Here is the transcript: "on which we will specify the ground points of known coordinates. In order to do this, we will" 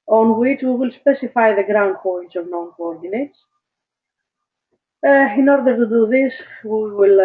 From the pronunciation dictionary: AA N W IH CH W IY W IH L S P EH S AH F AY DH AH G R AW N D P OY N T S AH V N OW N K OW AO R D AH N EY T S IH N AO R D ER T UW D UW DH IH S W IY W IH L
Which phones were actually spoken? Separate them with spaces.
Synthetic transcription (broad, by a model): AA N W IH CH W IY W IH L S P EH S AH F AY DH AH G R AW N D P OY N T S AH V N OW N K OW AO R D AH N EY T S IH N AO R D ER T UW D UW DH IH S W IY W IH L